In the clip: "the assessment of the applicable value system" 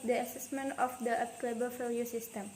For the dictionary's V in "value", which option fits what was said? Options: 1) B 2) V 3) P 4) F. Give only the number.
4